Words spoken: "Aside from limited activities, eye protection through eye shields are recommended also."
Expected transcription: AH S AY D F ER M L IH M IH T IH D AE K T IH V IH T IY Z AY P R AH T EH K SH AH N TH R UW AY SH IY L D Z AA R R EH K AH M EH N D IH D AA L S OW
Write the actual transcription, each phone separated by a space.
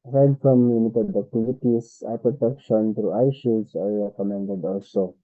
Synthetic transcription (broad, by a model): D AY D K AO M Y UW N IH T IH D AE K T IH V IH T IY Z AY P R AH T EH K SH AH N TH R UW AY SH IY D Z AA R R EH K AH M EH N D IH D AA L S OW